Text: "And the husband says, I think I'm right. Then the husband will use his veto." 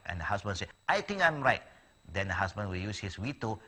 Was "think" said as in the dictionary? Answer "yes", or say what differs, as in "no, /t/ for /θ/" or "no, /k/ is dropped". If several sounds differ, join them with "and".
no, /t/ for /θ/